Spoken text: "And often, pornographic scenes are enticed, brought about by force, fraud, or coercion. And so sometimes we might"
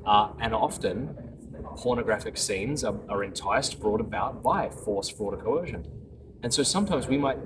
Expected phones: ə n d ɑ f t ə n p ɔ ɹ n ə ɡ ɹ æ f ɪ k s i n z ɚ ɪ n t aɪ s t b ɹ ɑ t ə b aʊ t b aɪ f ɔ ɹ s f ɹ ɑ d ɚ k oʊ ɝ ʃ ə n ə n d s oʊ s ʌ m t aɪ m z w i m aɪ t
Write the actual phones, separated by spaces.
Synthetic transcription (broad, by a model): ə n ɑ f t ə n p ɔ ɹ n ə ɡ ɹ æ f ɪ k s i n z ɚ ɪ n t aɪ s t b ɹ ɑ t ə b aʊ t b aɪ f ɔ ɹ s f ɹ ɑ d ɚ k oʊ ɝ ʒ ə n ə n s oʊ s ʌ m t aɪ m z w i m aɪ t